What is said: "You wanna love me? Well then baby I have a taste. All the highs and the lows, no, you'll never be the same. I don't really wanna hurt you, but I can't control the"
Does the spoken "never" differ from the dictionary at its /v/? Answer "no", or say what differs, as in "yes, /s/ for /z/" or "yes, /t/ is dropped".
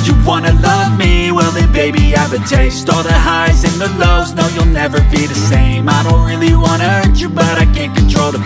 no